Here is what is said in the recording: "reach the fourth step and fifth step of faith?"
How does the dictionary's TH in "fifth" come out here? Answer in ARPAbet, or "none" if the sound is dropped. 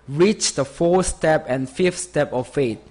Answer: T